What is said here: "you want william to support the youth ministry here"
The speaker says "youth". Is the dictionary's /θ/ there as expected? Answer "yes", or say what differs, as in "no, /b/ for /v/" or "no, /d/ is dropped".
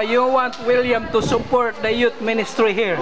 no, /t/ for /θ/